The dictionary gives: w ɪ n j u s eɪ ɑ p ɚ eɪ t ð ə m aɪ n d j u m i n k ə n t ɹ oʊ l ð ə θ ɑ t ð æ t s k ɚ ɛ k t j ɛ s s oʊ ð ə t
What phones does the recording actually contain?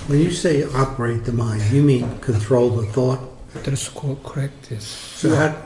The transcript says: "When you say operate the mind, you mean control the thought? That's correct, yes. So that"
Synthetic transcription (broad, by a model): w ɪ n j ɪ s eɪ ɑ p ɚ eɪ t ð ə m aɪ n d j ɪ m i n k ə n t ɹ oʊ l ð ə θ ɑ t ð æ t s k ɚ ɛ k t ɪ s s oʊ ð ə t